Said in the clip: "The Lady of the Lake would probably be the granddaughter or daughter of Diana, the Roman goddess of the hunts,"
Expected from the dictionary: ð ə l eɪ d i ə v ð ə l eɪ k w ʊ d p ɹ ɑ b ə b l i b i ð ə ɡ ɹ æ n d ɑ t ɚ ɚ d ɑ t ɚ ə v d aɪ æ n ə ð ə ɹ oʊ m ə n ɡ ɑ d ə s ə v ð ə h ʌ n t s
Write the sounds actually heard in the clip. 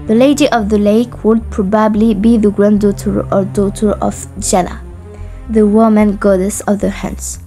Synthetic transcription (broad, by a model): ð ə l eɪ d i ə v ð ə l eɪ k w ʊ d p ɹ ɑ b ə b l i b i ð ə ɡ ɹ æ n d ɑ t ɚ ɚ d ɑ t ɚ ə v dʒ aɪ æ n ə ð ə w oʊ m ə n ɡ ɑ d ə s ə v ð ə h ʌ n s